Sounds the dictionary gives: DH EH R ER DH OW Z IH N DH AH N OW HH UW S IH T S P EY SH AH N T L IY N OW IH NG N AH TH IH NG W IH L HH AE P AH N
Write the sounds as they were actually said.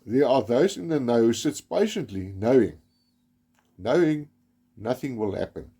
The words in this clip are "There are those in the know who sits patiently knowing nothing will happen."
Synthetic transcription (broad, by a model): DH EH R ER DH OW Z IH N DH AH N OW HH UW S IH T S P EY SH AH N T L IY N OW IH NG N AH TH IH NG W IH L HH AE P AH N